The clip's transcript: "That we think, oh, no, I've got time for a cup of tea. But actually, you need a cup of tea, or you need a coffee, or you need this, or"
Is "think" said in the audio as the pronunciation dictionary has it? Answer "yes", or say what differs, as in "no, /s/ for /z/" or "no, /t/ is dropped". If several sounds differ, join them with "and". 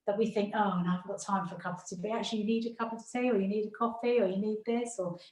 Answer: yes